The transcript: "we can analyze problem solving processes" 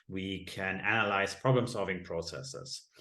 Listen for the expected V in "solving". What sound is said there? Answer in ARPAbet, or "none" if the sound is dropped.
V